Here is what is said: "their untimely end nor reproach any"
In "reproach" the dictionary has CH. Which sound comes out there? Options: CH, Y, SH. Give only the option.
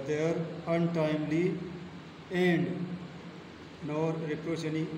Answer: SH